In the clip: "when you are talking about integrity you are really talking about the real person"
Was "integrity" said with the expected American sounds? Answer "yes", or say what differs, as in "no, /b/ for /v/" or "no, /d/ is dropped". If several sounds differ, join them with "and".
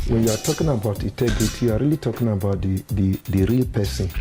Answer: no, /n/ is dropped